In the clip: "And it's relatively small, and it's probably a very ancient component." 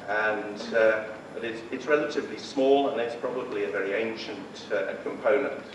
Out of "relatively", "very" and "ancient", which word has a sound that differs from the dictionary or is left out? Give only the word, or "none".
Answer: none